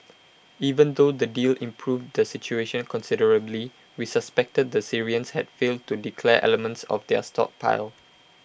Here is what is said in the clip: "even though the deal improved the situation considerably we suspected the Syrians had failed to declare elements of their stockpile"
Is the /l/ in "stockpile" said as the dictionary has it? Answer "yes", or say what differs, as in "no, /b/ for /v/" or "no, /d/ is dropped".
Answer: yes